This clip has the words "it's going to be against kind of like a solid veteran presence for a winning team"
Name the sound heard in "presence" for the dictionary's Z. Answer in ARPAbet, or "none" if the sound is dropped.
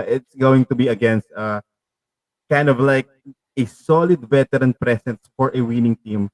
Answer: S